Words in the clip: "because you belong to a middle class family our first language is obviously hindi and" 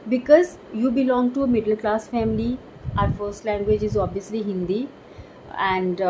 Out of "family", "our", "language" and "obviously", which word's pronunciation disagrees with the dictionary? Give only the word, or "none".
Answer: none